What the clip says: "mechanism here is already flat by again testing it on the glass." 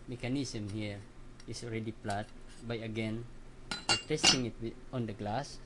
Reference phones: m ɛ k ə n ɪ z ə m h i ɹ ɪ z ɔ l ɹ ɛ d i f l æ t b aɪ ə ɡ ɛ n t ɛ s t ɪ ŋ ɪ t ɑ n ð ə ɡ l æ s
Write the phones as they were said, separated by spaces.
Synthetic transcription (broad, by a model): m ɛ k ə n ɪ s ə m h i ɹ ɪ s ɔ l ɹ ɛ d i p l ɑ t b aɪ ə ɡ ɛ n t ɛ s t ɪ ŋ ɪ t ɑ n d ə ɡ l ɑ s